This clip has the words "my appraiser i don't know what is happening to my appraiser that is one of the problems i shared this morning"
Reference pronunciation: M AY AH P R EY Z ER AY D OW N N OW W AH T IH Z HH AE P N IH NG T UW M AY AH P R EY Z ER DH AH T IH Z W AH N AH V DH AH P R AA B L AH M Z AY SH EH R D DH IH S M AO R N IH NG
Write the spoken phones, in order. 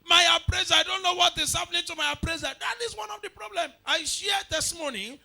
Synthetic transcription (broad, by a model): M AY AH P R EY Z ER AY D OW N N OW W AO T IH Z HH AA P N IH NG T UW M AY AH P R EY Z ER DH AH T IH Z W AH N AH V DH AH P R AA B L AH M AY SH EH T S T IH M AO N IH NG